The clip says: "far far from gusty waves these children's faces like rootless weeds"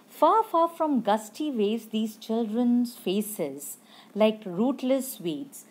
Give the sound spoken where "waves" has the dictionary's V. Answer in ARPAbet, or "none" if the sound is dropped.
none